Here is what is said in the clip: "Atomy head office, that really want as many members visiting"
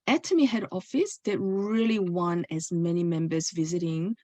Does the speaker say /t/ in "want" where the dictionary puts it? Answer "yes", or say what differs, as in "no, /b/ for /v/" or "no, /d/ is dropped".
no, /t/ is dropped